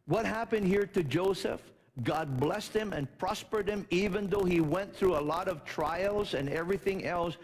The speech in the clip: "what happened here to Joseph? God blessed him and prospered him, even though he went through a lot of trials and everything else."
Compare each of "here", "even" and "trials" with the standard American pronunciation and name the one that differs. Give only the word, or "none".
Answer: none